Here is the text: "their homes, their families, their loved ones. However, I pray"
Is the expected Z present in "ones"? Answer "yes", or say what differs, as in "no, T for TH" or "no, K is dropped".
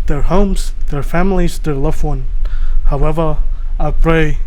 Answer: no, Z is dropped